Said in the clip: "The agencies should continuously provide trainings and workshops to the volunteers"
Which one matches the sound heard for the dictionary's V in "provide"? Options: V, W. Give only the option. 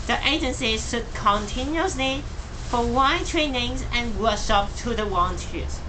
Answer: W